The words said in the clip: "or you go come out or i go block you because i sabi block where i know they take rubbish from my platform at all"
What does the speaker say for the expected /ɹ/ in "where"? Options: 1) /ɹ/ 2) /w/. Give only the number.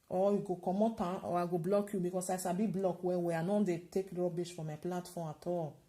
2